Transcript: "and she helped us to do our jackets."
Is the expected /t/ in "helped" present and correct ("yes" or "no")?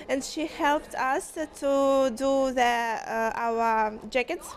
yes